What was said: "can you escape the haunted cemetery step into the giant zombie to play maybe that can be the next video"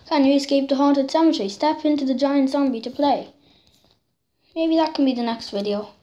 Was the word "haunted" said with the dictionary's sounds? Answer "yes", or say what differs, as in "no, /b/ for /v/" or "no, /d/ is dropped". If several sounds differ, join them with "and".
no, /n/ is dropped